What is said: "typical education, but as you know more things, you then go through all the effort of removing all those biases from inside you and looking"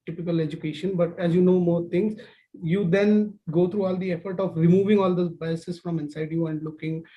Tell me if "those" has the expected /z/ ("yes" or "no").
no